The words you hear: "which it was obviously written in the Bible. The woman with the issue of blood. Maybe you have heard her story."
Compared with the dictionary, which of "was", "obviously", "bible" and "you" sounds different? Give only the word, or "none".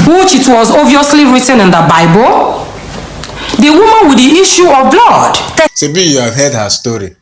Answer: obviously